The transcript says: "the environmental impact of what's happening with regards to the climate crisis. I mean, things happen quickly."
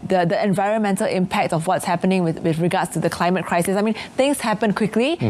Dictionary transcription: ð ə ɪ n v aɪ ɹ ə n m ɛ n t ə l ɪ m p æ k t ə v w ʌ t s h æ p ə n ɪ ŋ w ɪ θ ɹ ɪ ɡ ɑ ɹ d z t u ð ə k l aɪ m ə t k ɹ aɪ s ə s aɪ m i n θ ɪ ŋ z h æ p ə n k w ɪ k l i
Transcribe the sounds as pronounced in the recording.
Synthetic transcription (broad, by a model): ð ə ɪ n v aɪ ɹ ə n m ɛ n t ə l ɪ m p æ k t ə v w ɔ t s h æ p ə n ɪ ŋ w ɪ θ ɹ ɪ ɡ ɑ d s t u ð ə k l aɪ m ə t k ɹ aɪ s ə s aɪ m i n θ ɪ ŋ s h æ p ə n k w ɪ k l i